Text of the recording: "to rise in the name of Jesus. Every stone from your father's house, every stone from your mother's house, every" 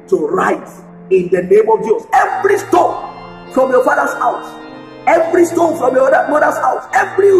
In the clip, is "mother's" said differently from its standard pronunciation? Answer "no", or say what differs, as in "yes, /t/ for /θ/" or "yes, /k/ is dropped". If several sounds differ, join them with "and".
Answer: yes, /s/ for /z/